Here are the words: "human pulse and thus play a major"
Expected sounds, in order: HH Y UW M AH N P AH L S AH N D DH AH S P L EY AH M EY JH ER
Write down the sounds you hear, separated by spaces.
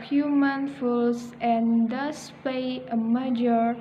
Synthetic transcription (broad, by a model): HH Y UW M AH N F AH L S AH N D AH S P EY AH M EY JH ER